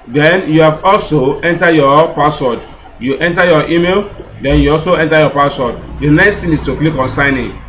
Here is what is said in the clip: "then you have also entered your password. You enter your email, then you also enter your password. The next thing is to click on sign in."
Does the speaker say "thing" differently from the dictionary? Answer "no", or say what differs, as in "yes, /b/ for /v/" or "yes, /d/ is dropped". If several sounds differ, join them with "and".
yes, /t/ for /θ/